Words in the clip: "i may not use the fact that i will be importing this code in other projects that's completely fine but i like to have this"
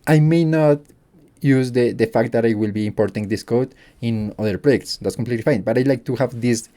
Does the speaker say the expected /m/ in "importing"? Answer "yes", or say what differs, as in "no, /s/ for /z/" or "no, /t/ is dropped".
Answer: yes